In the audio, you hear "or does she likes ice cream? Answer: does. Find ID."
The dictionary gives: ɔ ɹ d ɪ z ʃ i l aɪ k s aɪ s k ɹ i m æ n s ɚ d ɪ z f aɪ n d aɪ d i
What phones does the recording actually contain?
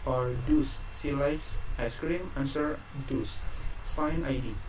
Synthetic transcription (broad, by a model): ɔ ɹ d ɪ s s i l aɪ s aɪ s k ɹ i m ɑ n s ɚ d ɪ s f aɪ n aɪ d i